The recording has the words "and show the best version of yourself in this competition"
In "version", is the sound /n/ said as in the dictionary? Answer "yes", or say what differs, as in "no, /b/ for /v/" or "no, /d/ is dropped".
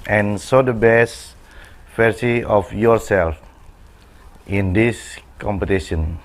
no, /n/ is dropped